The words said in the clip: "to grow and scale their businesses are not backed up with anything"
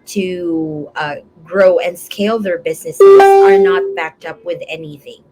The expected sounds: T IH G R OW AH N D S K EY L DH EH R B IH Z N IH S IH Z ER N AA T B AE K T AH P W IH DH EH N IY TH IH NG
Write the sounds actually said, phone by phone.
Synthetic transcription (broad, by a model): T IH G R OW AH N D S K EY L DH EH R B IH Z N IH S IH Z ER N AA T B AE K T AH P W IH DH EH N IY TH IH NG